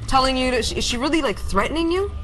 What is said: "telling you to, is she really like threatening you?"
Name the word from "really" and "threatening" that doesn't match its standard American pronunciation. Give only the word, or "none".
none